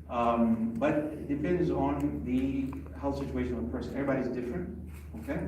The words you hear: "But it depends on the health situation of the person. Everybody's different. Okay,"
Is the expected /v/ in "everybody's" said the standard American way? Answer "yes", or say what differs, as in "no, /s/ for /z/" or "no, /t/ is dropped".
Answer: no, /v/ is dropped